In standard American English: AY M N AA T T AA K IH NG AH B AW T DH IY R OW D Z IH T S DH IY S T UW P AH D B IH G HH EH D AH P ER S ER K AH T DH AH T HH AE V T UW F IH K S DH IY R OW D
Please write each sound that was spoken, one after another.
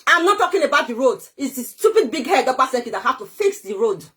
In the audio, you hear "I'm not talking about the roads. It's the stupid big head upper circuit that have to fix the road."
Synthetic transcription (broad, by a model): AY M N AA T T AA K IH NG AH B AW T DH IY R OW D IH T S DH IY S T UW P AH D B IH G HH EH D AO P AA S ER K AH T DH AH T HH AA F T UW F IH K S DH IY R OW D